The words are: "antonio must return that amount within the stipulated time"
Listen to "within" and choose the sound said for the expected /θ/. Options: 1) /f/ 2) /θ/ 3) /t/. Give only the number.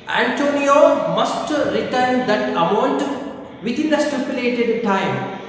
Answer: 3